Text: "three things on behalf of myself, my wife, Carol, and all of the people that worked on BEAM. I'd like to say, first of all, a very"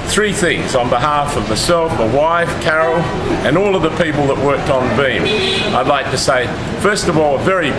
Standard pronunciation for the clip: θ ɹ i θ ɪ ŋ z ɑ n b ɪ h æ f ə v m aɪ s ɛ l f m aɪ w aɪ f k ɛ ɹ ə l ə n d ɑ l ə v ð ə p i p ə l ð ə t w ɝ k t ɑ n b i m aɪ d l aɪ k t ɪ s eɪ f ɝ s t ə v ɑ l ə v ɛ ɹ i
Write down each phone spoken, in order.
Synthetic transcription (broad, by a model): θ ɹ i θ ɪ ŋ z n b ɪ h æ f ə v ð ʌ s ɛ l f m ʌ w aɪ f k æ ɹ l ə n ɑ l ə v ð ə p i p l ð ə t w ɝ k t n b i m aɪ d l aɪ k t ɪ s eɪ f ɝ s t ə v ɑ l ə v ɛ ɹ i